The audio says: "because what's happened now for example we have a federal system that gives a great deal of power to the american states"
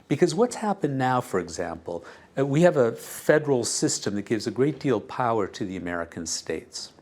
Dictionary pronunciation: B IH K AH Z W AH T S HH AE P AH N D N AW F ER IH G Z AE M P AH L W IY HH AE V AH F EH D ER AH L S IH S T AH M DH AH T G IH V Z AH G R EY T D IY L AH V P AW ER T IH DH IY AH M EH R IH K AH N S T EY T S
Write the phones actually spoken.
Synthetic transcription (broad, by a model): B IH K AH Z W AH T S HH AE P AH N N AW F ER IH G Z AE M P L W IY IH V AH F EH D ER L S IH S T AH M DH AH T G IH V Z AH G R EY T D IY L P AW ER T IH DH IY AH M EH R IH K AH N S T EY T S